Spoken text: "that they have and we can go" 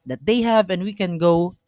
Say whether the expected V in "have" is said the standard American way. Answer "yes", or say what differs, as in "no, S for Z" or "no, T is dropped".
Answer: yes